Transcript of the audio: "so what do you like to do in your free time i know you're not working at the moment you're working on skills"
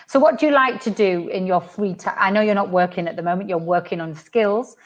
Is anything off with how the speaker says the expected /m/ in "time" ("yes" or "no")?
yes